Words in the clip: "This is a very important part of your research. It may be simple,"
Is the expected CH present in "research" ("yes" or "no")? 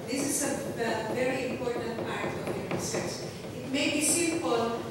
no